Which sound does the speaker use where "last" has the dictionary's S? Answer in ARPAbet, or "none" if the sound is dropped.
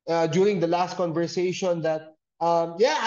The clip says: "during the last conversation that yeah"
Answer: S